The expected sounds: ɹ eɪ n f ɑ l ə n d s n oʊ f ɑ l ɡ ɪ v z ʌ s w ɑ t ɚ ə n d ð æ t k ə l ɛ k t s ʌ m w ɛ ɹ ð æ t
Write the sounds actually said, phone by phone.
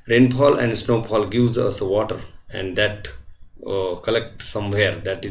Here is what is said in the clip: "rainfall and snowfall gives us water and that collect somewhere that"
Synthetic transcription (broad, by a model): ɹ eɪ n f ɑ l ə n d s n oʊ p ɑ l ɡ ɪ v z ʌ s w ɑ t ɚ ə n d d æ t k ə l ɛ k t s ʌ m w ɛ ɹ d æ t